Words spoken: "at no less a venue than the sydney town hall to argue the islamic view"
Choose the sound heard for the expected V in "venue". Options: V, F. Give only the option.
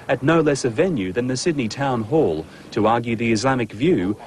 V